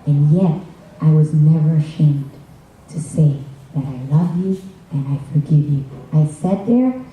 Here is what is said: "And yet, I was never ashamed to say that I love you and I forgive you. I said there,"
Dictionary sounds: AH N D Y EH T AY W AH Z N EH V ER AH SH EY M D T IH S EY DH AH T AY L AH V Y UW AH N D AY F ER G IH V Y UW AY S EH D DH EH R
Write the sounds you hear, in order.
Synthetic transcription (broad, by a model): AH N Y EH T AY W AH Z N EH V ER AH SH EY M D T IH S EY DH AH T AY L AH V Y UW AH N AY F ER G IH V Y UW AY S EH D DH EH R